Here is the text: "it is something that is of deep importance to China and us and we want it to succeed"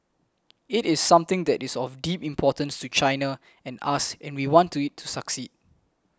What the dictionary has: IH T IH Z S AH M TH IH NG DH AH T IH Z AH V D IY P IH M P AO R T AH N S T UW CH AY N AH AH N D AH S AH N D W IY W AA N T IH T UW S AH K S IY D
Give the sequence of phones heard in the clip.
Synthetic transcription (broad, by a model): IH T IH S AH M T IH NG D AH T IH S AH F D IY P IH M P AO T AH N S T UW CH AY N AH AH N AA S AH N W IY W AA N T IH T UW S AH K S IY D